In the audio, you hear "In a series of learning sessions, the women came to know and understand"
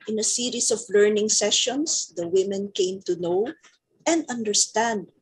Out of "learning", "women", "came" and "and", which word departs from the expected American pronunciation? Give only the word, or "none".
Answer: none